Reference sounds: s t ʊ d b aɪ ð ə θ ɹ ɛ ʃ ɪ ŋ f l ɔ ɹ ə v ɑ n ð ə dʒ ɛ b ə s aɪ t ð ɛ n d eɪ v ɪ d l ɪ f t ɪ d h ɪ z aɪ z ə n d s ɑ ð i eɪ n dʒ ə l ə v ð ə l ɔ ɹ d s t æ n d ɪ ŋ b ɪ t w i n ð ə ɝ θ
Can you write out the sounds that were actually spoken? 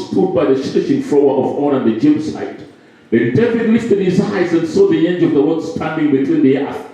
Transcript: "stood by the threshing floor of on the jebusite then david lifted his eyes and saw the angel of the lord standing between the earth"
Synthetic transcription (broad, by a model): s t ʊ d b aɪ ð ə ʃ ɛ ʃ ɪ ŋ f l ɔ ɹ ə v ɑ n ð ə dʒ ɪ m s aɪ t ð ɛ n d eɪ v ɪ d l ɪ f t ɪ d h ɪ z aɪ z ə n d s ɑ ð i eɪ n dʒ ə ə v ð ə w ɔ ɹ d s t æ n d ɪ ŋ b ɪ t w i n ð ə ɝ